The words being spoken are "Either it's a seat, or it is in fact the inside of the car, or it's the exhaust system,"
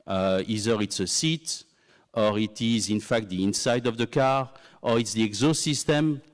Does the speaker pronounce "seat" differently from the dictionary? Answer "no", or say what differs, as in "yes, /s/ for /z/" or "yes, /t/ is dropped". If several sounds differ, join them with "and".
no